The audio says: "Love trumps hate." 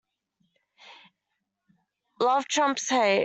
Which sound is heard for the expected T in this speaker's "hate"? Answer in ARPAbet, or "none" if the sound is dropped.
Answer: none